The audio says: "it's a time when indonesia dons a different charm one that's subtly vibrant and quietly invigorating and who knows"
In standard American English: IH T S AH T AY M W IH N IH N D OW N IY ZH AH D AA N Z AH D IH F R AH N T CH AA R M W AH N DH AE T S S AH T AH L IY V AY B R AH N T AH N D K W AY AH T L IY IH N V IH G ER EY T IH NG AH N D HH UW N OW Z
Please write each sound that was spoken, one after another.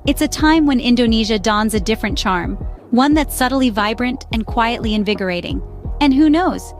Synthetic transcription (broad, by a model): IH T S AH T AY M W IH N IH N D OW N IY ZH AH D AA N Z AH D IH F R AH N CH AA R M W AH N DH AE T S S AH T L IY V AY B R AH N T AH N K W AY AH T L IY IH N V IH G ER EY T IH NG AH N HH UW N OW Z